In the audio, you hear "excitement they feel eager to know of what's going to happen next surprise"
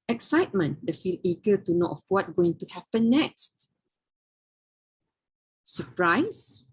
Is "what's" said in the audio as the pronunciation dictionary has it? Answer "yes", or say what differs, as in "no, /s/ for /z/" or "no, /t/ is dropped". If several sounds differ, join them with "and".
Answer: no, /s/ is dropped